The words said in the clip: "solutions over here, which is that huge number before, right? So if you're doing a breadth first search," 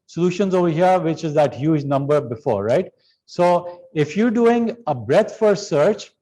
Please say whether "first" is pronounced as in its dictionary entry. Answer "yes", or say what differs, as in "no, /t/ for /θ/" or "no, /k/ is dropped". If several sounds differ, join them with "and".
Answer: no, /s/ is dropped